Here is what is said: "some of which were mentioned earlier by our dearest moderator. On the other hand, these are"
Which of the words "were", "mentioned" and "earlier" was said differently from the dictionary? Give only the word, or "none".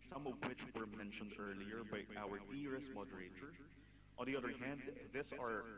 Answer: none